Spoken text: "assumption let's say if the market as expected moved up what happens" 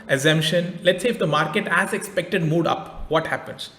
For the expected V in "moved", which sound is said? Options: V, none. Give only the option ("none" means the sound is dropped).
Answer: none